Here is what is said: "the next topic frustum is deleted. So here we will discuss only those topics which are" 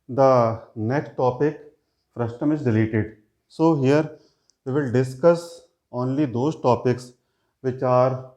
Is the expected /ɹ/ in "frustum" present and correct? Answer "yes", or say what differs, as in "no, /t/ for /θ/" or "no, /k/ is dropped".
yes